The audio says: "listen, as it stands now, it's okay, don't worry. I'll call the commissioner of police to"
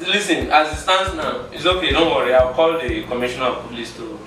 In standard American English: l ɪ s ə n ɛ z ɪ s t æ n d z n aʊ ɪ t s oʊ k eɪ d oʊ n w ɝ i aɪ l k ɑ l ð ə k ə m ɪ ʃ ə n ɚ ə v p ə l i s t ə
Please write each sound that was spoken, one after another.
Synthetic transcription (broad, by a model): l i s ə n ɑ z ɪ s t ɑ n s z n aʊ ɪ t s oʊ k eɪ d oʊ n w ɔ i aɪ w k ɑ l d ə k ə m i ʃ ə n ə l p ə l i s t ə